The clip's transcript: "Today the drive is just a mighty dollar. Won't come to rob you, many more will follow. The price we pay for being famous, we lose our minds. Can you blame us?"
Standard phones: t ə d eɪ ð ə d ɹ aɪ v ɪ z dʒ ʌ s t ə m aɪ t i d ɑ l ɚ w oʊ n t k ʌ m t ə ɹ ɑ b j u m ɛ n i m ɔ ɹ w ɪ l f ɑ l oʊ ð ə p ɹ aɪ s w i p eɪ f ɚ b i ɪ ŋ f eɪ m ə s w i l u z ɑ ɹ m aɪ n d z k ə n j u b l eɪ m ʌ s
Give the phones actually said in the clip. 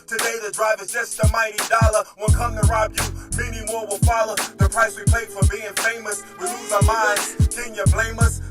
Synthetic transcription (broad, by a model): t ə d eɪ ð ə d ɹ aɪ v ɪ z dʒ ʌ s t ə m aɪ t i d ɑ l ɚ w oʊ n k ʌ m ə ɹ ɑ b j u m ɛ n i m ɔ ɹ w ɪ l f ɑ l oʊ ð ə p ɹ aɪ s w i p eɪ f ɚ b i ɪ ŋ f eɪ m ə s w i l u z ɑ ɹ m aɪ n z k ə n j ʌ b l eɪ m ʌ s